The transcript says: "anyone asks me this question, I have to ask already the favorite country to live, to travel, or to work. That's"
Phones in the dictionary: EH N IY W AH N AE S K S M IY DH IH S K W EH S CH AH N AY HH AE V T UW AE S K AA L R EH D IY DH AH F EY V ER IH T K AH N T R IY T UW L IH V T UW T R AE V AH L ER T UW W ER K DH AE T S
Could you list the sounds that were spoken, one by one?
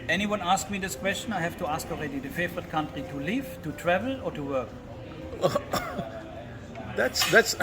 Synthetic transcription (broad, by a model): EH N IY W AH N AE S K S M IY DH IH S K W EH S CH AH N AY HH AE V T UW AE S K AA L R EH D IY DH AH F EY V ER IH T K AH N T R IY T UW L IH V T UW T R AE V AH L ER T UW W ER K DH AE T S